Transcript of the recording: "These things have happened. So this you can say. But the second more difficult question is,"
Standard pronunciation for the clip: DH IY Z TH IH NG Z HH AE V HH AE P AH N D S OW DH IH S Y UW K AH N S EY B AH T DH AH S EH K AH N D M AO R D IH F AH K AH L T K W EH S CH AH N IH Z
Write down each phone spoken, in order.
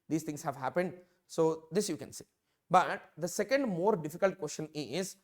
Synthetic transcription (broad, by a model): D IY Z T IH NG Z HH AE V HH AE P AH N D S OW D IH S Y UW K AH N S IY B AH T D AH S EH K AH N D M AO R D IH F AH K AH L T K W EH S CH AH N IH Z